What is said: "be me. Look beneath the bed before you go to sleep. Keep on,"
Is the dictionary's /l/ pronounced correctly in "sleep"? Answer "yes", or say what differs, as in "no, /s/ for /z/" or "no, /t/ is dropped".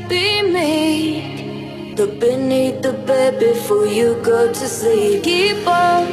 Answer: no, /l/ is dropped